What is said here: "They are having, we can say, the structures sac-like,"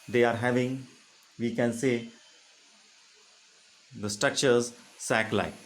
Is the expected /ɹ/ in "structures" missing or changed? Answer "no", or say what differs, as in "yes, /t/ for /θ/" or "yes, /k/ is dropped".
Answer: no